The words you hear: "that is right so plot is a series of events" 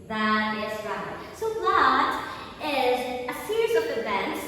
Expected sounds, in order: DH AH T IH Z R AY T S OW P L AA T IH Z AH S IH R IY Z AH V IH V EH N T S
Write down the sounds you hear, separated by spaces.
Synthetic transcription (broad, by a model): DH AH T IH Z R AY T S OW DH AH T IH Z AH S IH R IY Z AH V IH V EH N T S